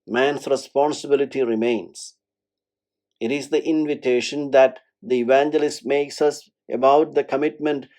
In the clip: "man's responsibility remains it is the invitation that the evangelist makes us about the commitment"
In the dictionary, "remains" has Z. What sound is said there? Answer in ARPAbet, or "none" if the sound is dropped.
S